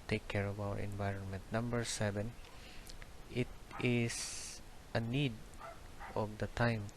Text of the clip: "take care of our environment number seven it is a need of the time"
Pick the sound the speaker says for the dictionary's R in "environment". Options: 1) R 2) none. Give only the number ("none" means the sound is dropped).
1